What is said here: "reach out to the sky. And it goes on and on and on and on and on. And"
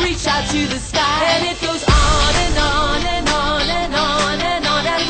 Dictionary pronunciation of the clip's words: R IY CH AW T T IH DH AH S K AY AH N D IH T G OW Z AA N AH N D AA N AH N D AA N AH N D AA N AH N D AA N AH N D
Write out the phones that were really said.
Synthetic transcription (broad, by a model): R IY CH AW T T IH DH AH S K AY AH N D IH T G OW Z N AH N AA N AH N N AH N N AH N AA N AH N